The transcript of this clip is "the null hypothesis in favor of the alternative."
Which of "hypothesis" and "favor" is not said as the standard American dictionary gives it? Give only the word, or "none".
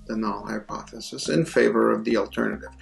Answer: none